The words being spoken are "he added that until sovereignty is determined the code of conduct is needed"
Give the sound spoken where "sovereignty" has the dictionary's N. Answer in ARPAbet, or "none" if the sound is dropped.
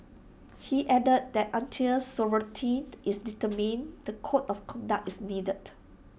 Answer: none